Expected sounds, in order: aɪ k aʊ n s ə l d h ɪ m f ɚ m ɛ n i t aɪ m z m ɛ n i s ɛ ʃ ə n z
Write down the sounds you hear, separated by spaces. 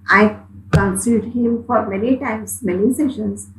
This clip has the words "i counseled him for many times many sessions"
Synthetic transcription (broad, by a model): aɪ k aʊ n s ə d h ɪ m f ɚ m ɛ n i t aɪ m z m ɛ n i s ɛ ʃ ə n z